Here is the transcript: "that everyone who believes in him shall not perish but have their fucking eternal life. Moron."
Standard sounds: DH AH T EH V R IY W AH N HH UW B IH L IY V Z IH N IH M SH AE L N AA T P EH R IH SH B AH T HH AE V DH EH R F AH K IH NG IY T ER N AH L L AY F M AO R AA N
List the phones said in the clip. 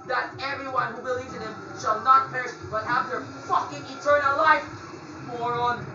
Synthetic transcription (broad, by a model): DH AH T EH V R IY W AH N HH UW B IH L IY V Z IH N IH M SH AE L N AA T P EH R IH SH B AH T HH AE V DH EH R F AH K IH NG IY T ER N AH L L AY F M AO R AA N